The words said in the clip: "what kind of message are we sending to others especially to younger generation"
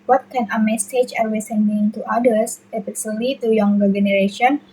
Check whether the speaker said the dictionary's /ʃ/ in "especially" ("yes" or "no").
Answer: no